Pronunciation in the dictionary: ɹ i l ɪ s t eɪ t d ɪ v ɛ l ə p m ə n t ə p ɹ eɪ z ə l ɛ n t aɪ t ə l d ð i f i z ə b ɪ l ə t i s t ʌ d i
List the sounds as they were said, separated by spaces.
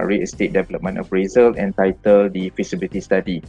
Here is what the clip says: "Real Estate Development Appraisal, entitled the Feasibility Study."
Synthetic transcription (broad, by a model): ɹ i ɪ s t eɪ t d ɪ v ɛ l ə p m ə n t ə f ɹ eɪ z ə l ɛ n t aɪ t ə l d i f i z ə b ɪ l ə t i s t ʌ d i